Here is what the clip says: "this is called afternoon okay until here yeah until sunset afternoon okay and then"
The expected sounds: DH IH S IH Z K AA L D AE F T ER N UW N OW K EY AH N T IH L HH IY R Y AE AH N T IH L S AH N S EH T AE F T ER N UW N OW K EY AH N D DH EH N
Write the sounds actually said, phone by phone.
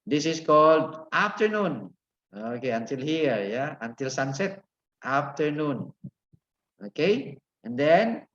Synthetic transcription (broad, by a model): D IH S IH S K AA L D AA F T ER N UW N OW K EY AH N T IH L HH IY R Y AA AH N T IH L S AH N S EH T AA F T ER N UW N OW K EY AH N D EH N